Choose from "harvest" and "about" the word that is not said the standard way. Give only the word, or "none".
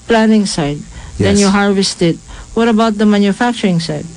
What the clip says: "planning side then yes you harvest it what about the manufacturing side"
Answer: none